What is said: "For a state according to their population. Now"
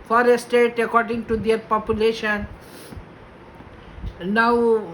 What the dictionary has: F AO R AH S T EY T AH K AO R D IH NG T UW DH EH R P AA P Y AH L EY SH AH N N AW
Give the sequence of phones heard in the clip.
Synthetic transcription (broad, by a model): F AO R AH S T EY T AH K AO R D IH NG T UW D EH R P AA P Y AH L EY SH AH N N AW